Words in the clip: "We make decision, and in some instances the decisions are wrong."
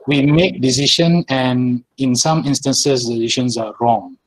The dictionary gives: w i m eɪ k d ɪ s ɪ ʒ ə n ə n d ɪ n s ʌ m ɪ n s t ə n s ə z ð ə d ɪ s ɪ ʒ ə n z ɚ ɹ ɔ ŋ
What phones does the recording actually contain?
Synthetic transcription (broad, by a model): w i m eɪ k d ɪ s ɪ ʃ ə n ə n ɪ n s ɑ m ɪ n s t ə n s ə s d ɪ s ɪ ʃ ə n s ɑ ɹ ɔ ŋ